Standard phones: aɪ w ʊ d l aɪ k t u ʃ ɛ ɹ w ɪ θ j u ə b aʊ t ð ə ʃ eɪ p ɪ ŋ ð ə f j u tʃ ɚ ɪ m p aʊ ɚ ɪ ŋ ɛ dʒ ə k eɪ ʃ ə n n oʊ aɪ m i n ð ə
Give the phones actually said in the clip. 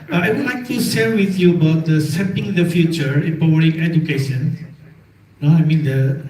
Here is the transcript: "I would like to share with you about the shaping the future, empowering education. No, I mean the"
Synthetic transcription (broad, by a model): aɪ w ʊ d l aɪ k t u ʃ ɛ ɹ w ɪ θ j u ə b aʊ t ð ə s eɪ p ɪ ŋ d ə f j u tʃ ɚ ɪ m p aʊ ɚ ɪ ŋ ɛ dʒ ə k eɪ ʃ ə n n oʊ aɪ m i n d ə